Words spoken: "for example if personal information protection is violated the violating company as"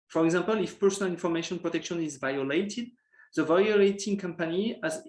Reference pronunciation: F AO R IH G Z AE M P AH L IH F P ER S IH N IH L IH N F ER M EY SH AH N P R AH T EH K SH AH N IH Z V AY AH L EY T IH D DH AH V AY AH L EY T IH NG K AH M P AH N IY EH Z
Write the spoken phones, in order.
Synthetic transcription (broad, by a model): F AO R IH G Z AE M P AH L IH F P ER S IH N IH L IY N F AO M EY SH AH N P R AH T EH K SH AH N IH Z V AY AH L EY T IH D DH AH V AY AH L EY T IH NG K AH M P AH N IY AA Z